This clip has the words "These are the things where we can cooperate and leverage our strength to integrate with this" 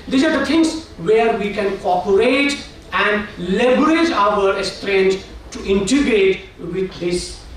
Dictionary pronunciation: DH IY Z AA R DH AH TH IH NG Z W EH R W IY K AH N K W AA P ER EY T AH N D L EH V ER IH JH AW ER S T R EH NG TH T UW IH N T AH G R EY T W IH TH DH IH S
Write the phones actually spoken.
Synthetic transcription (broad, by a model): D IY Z AA R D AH T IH NG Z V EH R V IY K AH N K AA P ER EY T AH N D L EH B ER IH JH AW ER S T R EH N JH T UW IH N T AH G R EY T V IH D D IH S